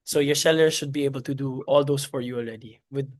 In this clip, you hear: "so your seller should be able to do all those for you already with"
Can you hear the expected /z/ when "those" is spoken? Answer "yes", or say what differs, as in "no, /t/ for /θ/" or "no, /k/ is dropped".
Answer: no, /s/ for /z/